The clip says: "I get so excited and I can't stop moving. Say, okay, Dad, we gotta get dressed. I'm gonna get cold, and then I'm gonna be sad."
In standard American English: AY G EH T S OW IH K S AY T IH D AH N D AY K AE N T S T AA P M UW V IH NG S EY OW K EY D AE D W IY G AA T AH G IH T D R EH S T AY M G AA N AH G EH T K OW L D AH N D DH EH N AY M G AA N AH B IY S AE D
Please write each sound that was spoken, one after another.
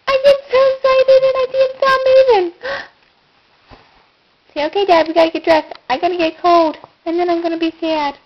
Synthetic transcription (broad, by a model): AY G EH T S OW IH S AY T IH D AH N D AY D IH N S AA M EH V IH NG S EY OW K EY D AE D W IY G AA T AH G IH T D R EH S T AY M G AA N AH G EH T K OW L D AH N DH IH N AY M G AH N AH B IY S AE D